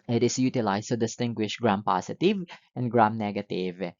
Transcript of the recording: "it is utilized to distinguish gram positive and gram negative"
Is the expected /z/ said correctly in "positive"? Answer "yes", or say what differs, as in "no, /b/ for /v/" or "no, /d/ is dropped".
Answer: no, /s/ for /z/